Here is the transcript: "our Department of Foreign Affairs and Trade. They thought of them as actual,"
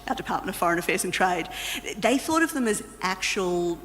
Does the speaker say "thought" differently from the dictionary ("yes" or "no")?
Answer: no